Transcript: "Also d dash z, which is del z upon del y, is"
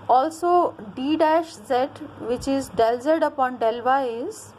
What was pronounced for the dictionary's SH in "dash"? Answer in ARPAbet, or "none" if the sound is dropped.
SH